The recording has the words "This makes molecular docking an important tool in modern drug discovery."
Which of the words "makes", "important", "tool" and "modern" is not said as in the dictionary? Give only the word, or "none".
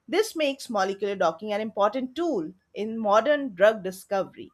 none